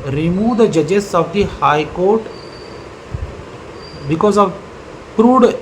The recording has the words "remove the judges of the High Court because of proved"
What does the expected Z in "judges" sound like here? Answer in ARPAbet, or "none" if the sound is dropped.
S